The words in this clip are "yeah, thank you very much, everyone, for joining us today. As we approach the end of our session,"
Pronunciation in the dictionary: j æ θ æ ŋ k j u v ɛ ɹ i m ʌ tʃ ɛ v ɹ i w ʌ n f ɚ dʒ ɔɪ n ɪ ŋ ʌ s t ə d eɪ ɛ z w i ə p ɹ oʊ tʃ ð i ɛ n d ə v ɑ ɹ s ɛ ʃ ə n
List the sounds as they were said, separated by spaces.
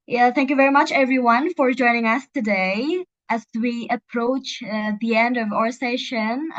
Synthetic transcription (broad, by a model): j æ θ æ ŋ k j u v ɛ ɹ i m ʌ tʃ ɛ v ɹ i w ʌ n f ɚ dʒ ɔɪ n ɪ ŋ ʌ s t ə d eɪ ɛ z w i ə p ɹ oʊ tʃ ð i ɛ n d ə v ɑ ɹ s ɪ ʃ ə n